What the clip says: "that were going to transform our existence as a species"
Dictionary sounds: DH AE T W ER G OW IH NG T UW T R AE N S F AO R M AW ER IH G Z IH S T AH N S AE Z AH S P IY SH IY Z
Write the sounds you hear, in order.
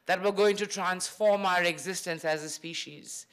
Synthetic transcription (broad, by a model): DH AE T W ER G OW IH NG T UW T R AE N S F AO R M AW ER IH G Z IH S T AH N S AE Z AH S P IY SH IY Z